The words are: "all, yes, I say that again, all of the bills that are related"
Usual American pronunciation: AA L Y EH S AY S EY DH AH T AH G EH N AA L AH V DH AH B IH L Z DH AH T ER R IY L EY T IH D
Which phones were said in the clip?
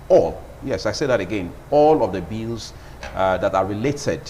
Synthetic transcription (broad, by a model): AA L Y EH S AY S EY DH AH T AH G EH N AA L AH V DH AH B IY L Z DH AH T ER R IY L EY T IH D